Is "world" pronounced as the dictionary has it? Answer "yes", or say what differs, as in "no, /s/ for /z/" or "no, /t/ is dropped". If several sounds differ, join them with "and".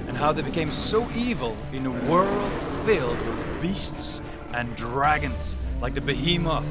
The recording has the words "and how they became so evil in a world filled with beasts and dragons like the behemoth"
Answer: yes